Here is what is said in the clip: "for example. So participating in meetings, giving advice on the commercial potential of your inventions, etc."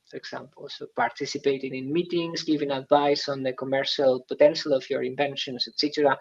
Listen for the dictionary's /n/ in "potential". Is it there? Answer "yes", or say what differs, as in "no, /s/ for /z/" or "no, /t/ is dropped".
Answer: yes